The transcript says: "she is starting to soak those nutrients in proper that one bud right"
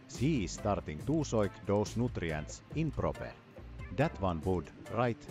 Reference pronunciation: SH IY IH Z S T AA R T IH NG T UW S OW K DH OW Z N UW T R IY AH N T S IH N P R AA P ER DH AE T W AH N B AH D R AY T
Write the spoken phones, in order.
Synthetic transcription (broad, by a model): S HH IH S T AA R T IH NG T UW S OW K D OW S N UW T R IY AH N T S IH N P R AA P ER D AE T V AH N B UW D R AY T